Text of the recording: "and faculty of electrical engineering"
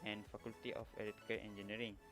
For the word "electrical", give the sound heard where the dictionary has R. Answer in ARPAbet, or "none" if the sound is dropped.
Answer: none